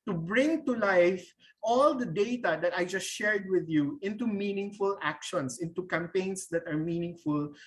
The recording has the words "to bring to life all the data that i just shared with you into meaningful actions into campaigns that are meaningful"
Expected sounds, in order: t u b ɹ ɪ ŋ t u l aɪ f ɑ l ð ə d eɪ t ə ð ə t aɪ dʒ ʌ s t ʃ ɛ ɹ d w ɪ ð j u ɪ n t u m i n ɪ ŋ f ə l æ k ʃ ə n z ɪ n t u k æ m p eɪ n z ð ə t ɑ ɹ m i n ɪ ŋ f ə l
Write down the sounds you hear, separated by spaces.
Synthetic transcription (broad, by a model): t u b ɹ ɪ ŋ t u l aɪ f ɑ l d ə d eɪ t ə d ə t aɪ dʒ ʌ s t ʃ ɛ ɹ d w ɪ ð j u ɪ n t u m i n ɪ ŋ f ə l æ k ʃ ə n s ɪ n t u k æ m p eɪ n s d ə t ɑ ɹ m i n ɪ ŋ f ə l